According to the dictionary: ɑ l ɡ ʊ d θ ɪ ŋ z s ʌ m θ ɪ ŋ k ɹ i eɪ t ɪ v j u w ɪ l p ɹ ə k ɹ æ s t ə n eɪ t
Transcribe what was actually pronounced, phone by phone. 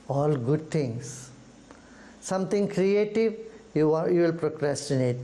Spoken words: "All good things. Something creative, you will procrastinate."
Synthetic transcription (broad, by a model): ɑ l ɡ ʊ d t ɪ ŋ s s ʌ m t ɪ ŋ k ɹ i eɪ t ɪ v j u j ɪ l p ɹ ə k ɹ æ s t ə n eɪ t